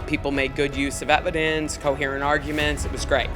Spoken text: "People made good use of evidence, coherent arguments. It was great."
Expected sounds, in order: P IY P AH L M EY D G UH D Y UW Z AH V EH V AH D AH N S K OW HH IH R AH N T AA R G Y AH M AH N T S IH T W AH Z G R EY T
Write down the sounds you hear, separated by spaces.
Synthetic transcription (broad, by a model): P IY P L M EY D G UH D Y UW Z AH V EH V AH D AH N S K OW HH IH R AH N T AA R G Y AH M AH N T S IH T W AH Z G R EY T